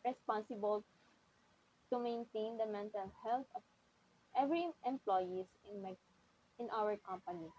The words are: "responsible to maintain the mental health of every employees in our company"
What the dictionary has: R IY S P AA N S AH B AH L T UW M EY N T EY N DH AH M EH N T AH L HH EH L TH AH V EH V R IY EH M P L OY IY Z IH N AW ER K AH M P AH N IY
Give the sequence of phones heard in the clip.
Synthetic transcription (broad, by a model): R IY S P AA N S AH B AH L T UW M EY N T EY N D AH M EH N T AH L HH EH L T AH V EH V R IY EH M P L OY IY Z IH N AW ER K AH M P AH N IY